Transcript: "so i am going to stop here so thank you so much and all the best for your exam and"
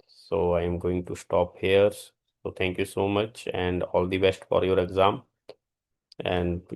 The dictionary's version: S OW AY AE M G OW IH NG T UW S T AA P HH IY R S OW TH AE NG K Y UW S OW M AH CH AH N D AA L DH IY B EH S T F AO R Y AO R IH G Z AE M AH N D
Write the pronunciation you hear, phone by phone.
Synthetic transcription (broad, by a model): S OW AY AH M G OW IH NG T UW S T AA P HH IY R S OW T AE NG K Y UW S OW M AH CH AH N D AA L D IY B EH S T F AO R Y AO R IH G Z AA M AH N D